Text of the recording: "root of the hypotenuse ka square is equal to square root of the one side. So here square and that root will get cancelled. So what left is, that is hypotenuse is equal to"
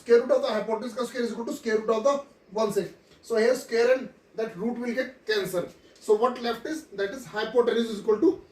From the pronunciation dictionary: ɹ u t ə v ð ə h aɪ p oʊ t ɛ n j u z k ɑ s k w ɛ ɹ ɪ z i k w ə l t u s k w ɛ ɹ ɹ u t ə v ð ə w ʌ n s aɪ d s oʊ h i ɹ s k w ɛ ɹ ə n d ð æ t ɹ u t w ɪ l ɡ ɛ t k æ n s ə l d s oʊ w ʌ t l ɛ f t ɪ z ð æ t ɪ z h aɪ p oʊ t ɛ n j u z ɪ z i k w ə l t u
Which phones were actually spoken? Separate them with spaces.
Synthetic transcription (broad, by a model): ɹ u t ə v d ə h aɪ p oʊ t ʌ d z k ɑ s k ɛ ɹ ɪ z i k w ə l t u s k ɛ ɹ ɹ u t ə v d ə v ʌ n s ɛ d s oʊ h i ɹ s k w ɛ ɹ ə n d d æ t ɹ u t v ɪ l ɡ ɛ t k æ n s ə d s oʊ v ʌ t l ɛ f t ɪ z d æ t ɪ z h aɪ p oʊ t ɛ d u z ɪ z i k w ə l t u